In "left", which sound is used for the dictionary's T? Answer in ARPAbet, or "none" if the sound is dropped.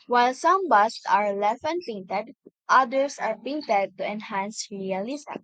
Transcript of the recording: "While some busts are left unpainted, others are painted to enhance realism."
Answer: none